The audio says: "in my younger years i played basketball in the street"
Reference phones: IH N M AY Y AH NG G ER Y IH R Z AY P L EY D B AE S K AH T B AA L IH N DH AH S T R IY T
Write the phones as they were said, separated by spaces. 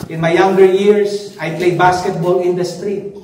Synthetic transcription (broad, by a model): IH N M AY Y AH NG G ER Y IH R S AY P L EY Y B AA S K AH T B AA L IH N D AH S T R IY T